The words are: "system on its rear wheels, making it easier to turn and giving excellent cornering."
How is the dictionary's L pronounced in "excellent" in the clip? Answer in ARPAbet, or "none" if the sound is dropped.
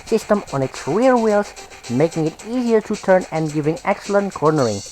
L